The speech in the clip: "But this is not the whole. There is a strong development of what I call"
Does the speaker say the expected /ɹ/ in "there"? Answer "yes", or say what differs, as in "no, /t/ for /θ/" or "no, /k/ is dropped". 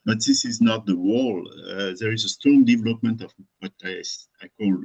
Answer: yes